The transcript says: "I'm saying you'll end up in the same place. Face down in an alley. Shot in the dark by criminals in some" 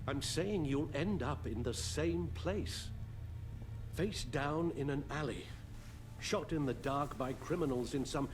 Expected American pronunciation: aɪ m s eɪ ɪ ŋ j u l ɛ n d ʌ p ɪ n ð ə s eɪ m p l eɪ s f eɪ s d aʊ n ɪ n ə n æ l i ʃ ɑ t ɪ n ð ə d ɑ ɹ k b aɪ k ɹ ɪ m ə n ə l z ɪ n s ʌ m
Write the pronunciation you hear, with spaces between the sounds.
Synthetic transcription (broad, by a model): aɪ m s eɪ ɪ ŋ j u l ɛ n d ʌ p ɪ n ð ə s eɪ m p l eɪ s f eɪ s d aʊ n ɪ n ə n æ l i ʃ ɑ t ɪ n ð ə d ɑ ɹ k b aɪ k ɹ ɪ m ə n l z ɪ n s ʌ m